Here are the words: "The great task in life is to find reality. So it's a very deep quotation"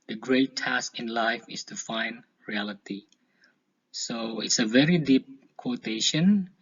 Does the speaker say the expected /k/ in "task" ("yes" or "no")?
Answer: yes